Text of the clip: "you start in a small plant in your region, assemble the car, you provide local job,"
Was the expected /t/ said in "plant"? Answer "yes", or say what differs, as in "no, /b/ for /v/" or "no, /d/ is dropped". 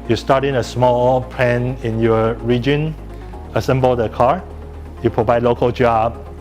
no, /t/ is dropped